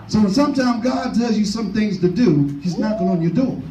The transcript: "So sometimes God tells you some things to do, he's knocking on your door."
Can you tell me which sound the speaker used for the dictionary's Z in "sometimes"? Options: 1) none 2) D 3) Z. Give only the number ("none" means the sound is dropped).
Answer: 1